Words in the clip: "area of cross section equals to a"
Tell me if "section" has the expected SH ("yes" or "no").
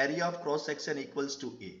no